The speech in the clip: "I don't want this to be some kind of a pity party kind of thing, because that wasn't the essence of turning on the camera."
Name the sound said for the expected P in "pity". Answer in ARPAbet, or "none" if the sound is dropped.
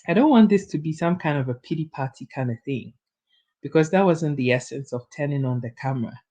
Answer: P